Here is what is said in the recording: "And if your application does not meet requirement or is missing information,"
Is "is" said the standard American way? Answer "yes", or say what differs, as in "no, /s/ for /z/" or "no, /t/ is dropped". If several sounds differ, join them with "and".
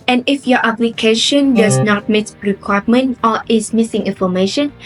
no, /s/ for /z/